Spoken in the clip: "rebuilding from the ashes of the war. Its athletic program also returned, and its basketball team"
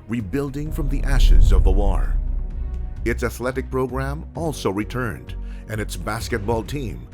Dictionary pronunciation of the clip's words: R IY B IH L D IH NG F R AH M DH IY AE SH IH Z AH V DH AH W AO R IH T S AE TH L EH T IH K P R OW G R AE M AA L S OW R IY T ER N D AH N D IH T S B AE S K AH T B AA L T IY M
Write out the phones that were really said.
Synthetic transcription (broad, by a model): R IY B IH L D IH NG F R AH M DH IY AE SH IH Z AH V DH AH W AO R IH T S AE TH L EH T IH K P R OW G R AE M AA L S OW R IY T ER N D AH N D IH T S B AE S K AH T B AA L T IY M